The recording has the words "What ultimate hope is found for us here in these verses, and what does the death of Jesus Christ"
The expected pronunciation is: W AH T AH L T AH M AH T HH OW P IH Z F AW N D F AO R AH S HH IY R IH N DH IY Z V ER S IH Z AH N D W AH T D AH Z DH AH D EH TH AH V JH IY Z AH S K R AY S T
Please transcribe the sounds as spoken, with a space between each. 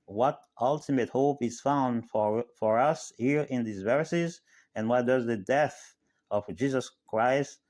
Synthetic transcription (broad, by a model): W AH T AH L T AH M AH T HH OW P IH Z F AW N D F AO R AH S HH IY R IH N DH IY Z V ER S IH Z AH N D W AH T D AH Z DH AH D EH TH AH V JH IY Z AH S K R AY S T